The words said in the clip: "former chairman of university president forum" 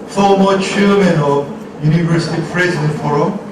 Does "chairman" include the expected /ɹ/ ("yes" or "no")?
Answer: no